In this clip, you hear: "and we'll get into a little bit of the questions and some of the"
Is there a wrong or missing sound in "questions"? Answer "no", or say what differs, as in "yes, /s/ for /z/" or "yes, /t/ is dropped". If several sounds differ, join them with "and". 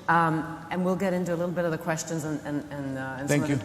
no